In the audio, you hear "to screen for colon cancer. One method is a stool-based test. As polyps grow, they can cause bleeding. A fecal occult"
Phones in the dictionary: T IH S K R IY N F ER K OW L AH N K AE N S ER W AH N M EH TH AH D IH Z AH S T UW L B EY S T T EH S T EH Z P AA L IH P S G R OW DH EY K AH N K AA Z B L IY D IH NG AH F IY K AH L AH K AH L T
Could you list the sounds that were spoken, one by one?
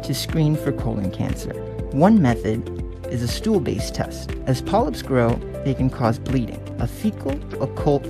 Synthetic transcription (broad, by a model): T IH S K R IY N F ER K OW L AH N K AE N S ER W AH N M EH TH AH D IH Z AH S T UW L B EY S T T EH S T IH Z P AA L IH P S G R OW DH EY K AH N K AA Z B L IY D IH NG AH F IY K L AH K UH L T